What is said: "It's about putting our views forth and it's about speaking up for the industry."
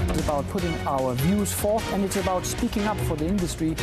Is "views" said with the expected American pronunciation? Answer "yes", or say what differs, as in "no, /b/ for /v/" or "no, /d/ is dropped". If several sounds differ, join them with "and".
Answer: yes